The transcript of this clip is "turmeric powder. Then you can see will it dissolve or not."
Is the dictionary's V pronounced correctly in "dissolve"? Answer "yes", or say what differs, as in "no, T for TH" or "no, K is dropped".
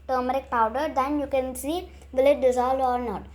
no, V is dropped